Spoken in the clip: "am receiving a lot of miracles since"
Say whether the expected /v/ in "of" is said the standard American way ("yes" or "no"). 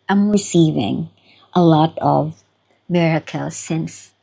yes